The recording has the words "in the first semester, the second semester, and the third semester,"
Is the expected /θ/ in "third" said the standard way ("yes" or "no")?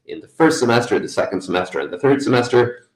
yes